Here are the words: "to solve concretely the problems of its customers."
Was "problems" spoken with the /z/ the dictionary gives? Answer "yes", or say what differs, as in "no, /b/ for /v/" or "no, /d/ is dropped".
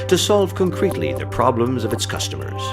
yes